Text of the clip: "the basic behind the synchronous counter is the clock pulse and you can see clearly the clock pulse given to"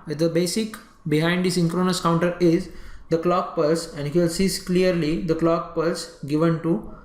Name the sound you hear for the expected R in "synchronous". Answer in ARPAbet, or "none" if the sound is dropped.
R